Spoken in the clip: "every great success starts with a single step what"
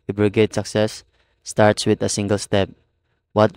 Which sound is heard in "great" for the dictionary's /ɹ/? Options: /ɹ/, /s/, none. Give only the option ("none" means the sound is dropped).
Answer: none